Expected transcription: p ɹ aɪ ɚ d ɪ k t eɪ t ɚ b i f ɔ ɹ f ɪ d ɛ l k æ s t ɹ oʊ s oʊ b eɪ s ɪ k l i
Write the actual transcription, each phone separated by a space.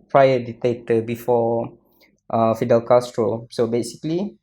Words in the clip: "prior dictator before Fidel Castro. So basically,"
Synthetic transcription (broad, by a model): p ɹ aɪ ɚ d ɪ t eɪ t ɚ b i f ɔ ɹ f ɪ d ɛ l k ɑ s t ɹ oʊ s oʊ b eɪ s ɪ k l i